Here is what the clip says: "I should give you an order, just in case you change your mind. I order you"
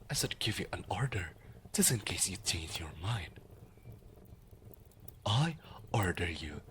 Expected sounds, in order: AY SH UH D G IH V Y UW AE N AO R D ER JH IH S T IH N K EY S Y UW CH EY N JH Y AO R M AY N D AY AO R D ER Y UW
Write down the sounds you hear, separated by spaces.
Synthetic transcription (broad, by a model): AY S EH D G IH V Y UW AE N AO R D ER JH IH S IH N K EY S Y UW CH EY N JH Y AO R M AY N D AY AO R D ER Y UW